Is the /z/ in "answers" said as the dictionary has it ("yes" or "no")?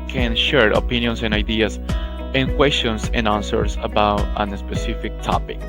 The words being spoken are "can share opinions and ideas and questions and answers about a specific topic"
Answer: no